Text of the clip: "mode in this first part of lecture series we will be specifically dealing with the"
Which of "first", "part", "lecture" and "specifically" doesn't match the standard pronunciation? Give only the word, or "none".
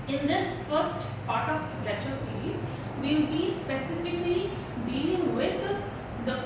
lecture